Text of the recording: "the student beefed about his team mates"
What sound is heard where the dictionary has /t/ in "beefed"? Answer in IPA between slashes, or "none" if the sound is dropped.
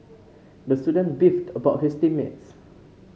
/t/